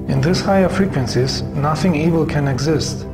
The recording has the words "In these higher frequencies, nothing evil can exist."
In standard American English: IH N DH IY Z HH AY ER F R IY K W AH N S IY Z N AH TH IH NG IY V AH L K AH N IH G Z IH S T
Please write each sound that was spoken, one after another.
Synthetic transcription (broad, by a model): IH N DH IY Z HH AY ER F R IY K W AH N S IY Z N AH TH IH NG IY V AH L K AH N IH G Z IH S T